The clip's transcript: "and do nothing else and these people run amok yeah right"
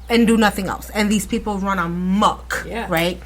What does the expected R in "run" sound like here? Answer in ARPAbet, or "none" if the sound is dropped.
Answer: R